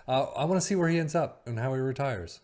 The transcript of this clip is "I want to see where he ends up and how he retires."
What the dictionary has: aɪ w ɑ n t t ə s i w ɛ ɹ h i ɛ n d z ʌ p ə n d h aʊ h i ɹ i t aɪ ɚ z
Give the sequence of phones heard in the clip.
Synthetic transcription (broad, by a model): aɪ w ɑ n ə s i w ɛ ɹ h i ɛ n d z ʌ p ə n h aʊ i ɹ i t aɪ ɚ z